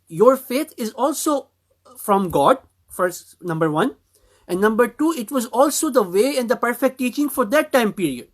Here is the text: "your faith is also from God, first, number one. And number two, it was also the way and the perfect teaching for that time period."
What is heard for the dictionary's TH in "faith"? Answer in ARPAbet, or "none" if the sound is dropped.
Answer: T